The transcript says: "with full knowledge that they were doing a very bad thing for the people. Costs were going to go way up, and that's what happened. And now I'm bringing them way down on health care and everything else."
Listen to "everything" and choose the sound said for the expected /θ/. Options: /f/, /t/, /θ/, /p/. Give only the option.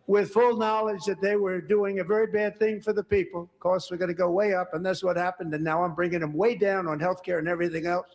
/θ/